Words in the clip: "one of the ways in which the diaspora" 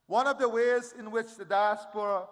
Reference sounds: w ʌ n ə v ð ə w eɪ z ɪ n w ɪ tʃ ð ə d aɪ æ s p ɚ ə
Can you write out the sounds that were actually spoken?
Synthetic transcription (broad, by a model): w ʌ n ə v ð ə w eɪ z ɪ n w ɪ tʃ ð ə d aɪ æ s p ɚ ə